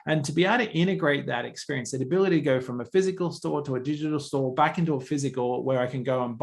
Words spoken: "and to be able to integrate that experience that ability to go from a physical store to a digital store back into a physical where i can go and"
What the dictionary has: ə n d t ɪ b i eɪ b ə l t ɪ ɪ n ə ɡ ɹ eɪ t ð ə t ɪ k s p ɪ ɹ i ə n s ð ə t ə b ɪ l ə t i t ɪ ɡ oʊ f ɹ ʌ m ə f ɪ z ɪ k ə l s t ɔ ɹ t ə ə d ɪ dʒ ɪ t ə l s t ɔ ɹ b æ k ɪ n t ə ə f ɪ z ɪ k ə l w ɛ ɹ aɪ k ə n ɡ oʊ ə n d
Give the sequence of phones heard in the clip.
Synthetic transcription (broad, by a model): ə n t ɪ b i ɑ ə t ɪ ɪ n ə ɡ ɹ eɪ t ð ə t ɪ k s p ɪ ɹ i ə n s ð ə t ə b ɪ l ə t i t ɪ ɡ oʊ f ɹ ʌ m ə f ɪ z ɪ k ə l s t ɔ ɹ t ə ə d ɪ dʒ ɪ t l s t ɔ ɹ b æ k ɪ n t ə ə f ɪ z ɪ k ə l w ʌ ɹ aɪ k ə n ɡ oʊ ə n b